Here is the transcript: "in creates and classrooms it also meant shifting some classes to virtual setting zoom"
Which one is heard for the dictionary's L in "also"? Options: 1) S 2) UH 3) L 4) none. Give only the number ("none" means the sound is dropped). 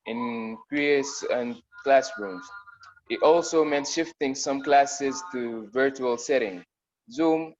3